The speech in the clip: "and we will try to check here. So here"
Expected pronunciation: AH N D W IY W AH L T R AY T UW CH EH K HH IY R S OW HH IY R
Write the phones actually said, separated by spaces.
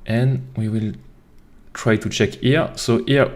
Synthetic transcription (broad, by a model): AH N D W IY W AH L T R AY T UW CH EH K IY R S OW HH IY R